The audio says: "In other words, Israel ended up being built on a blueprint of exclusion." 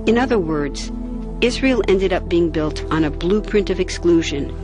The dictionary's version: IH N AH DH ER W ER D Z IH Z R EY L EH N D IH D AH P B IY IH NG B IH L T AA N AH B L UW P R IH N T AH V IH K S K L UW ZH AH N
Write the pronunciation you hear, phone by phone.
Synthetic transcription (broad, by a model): IH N AH DH ER W ER D Z IH Z R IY L EH N D IH D AH P B IY IH NG B IH L T N AH B L UW P R IH N T AH V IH K S K L UW ZH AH N